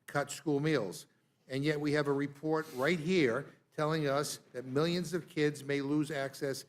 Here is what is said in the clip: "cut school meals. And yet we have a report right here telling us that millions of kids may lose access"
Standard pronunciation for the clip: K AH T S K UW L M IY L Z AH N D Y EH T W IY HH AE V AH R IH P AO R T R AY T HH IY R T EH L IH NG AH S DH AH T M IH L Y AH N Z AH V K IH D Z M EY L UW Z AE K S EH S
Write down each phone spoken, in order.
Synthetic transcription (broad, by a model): K AH T S K UW L M IY L Z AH N Y EH T W IY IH V AH R IH P AO R T R AY T HH IY R T EH L IH NG AH S DH AH T M IH L Y AH N Z AH V K IH D Z M EY L UW Z AE K S EH S